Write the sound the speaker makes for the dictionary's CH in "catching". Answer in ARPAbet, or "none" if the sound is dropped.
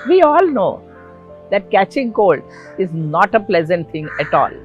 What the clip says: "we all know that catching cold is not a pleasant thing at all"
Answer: CH